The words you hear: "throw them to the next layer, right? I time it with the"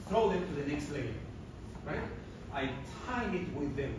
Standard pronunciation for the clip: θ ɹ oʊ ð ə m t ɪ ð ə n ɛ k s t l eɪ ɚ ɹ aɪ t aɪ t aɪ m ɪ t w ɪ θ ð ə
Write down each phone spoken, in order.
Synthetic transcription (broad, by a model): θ ɹ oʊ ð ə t t ɪ ð ə n ɛ k s t l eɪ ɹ ɹ aɪ t aɪ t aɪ ɪ t w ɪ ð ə